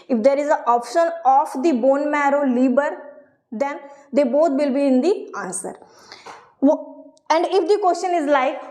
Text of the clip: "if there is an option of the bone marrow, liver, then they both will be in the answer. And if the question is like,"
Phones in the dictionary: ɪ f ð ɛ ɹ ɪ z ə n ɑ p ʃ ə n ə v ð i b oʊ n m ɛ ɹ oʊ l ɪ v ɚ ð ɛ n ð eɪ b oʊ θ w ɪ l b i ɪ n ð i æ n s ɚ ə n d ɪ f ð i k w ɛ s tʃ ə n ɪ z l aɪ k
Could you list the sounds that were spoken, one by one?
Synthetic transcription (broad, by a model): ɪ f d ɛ ɹ ɪ z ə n ɑ p ʃ ə n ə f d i b oʊ n m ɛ ɹ oʊ l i b ɚ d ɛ n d eɪ b oʊ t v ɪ l b i ɪ n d i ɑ n s ɚ ə n d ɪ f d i k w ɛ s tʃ ə n ɪ z l aɪ k